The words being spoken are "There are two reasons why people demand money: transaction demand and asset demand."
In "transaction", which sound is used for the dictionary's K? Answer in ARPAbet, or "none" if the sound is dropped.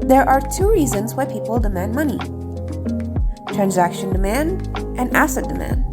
K